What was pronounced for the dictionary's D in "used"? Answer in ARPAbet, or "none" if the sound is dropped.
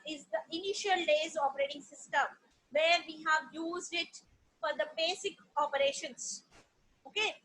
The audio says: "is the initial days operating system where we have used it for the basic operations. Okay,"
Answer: D